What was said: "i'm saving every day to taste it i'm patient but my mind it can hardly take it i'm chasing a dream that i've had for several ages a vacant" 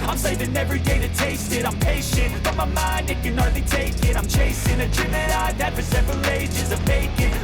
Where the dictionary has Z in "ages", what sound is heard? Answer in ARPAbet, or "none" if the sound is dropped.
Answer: Z